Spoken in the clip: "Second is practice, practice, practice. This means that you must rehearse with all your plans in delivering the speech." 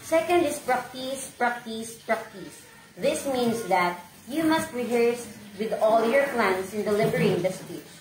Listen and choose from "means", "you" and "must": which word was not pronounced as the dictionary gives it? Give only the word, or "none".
means